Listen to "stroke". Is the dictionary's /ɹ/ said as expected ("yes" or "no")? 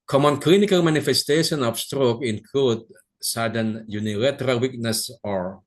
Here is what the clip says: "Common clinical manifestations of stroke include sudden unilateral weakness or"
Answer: yes